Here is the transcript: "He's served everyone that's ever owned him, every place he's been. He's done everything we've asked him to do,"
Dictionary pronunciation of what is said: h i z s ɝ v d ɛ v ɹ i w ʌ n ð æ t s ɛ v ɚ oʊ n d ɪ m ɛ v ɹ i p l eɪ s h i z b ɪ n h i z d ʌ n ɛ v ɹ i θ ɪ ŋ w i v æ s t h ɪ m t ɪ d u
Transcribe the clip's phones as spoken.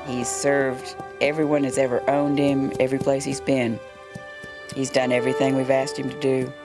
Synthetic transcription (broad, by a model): h i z s ɝ v d ɛ v ɹ i w ʌ n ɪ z ɛ v ɚ oʊ n d ɪ m ɛ v ɹ i p l eɪ s h i z b ɪ n h i z d ʌ n ɛ v ɹ i θ ɪ ŋ w i v æ s t h ɪ m t ɪ d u